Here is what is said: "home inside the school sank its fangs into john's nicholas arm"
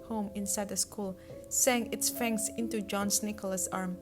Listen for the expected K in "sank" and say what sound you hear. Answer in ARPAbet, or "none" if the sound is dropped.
none